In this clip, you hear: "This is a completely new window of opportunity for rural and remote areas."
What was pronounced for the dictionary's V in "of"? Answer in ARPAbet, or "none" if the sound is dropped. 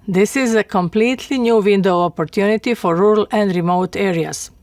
P